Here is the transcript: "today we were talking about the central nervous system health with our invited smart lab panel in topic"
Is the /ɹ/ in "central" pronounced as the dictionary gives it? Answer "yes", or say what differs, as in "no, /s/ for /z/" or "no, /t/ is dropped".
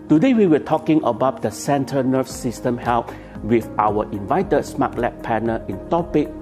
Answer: no, /ɹ/ is dropped